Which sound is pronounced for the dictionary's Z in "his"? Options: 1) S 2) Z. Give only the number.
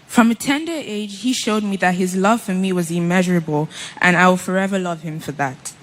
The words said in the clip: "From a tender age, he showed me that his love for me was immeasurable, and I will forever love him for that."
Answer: 2